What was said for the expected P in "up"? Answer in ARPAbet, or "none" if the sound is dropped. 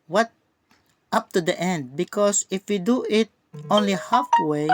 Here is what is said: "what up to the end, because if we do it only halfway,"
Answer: P